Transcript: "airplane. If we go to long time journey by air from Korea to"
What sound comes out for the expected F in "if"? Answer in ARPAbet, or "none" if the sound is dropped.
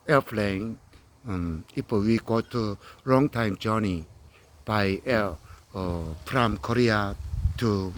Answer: P